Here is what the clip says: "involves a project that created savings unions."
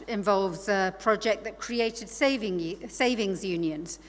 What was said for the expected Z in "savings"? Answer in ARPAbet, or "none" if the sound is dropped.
Z